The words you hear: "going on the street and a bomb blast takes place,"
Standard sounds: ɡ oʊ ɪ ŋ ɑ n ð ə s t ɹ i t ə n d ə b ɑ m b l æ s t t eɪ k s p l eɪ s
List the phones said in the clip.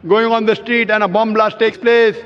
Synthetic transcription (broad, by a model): ɡ oʊ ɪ ŋ ɑ n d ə s t ɹ i t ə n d ə b ɑ m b l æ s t t eɪ k s p l eɪ s